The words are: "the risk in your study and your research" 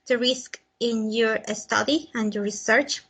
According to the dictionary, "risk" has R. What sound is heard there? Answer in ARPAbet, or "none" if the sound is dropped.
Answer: R